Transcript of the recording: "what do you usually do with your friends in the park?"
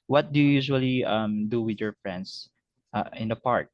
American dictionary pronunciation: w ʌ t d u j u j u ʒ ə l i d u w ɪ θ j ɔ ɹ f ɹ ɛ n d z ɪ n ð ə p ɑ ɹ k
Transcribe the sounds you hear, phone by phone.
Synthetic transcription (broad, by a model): w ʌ t d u j u j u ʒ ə l i d u w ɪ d j ɔ ɹ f ɹ ɛ n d s ɪ n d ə p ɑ ɹ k